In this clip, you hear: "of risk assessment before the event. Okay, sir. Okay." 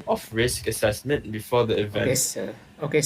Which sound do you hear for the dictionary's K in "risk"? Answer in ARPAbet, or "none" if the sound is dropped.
K